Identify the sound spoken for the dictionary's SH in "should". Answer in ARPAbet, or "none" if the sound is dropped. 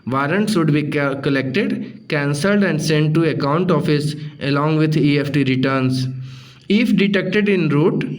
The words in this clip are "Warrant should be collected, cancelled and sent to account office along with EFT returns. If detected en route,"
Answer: S